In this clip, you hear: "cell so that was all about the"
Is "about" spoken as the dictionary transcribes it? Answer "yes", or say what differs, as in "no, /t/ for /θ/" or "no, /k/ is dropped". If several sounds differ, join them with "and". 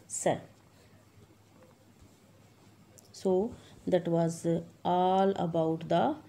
yes